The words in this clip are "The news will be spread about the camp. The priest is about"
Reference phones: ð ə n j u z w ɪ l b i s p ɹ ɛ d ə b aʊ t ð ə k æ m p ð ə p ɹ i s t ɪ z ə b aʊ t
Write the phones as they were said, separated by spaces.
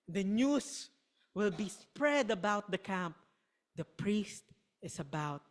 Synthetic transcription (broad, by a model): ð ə n j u s w ɪ l b i s p ɹ ɛ d ə b aʊ t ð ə k æ m p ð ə p ɹ i s t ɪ s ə b aʊ t